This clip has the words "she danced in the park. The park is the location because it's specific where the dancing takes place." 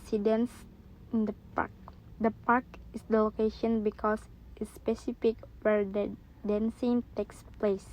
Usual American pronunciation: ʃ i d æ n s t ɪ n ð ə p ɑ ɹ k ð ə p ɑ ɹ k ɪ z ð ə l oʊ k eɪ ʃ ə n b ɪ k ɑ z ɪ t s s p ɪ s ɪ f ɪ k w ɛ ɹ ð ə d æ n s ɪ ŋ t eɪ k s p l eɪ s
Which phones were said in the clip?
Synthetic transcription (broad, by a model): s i d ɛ n s ɪ n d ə p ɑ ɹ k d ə p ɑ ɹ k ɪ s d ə l oʊ k eɪ ʃ ə n b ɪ k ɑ s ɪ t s s p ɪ s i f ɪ k w ɛ ɹ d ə d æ n s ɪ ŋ t eɪ k s p l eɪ s